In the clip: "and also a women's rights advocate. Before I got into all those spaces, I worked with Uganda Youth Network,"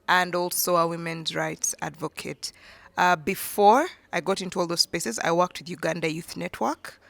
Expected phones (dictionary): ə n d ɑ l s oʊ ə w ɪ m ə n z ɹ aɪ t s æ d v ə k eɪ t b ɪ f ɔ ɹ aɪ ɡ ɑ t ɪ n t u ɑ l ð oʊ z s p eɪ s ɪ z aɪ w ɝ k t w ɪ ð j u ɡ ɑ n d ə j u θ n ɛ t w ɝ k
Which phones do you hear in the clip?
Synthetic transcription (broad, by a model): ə n d ɑ l s oʊ ə w ɪ m ə n z ɹ aɪ t s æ d v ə k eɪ t b ɪ f ɔ ɹ aɪ ɡ ɑ t ɪ n t u ɑ l ð oʊ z s p eɪ s ɪ z aɪ w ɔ k t w ɪ ð j u ɡ ɑ n d ə j u θ n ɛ t w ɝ k